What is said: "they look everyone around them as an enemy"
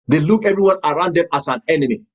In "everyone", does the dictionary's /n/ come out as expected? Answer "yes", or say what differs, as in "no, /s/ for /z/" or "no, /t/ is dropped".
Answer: yes